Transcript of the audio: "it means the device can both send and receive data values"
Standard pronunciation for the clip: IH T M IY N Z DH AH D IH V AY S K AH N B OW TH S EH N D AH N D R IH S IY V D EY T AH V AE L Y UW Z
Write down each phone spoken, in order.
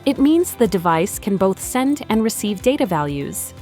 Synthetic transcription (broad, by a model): IH T M IY N Z DH AH D IH V AY S K AH N B OW TH S EH N D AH N R IH S IY V D EY T AH V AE L Y UW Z